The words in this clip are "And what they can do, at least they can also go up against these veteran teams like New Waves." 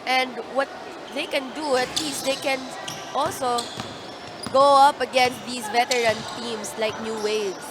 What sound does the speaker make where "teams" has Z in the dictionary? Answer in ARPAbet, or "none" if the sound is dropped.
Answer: S